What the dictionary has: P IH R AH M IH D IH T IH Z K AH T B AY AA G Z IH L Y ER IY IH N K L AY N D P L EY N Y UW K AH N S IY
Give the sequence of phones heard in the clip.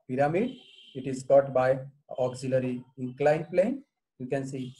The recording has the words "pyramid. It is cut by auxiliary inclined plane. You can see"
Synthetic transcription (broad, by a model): P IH R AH M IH D IH T IH Z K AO T B AY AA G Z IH L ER IY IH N K L AY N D P L EY N Y UW K AH N S IY